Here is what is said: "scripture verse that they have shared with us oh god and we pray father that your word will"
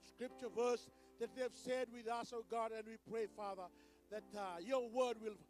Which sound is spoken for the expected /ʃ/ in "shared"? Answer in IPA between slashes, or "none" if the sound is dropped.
/s/